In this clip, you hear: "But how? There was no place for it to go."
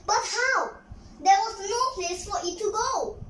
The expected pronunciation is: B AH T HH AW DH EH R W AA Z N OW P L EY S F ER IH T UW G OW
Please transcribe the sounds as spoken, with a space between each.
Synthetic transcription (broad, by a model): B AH T HH AW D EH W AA S N OW P L EY S F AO IH T UW G OW